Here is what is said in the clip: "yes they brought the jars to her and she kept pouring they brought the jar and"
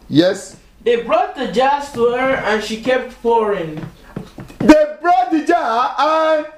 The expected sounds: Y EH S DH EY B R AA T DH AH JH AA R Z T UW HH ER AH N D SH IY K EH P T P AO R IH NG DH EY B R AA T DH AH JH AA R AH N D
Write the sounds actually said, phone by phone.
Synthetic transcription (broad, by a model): Y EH S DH EY B R AA T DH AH JH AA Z T UW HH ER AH N SH IY K EH P T F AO R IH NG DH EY B R AA T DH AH JH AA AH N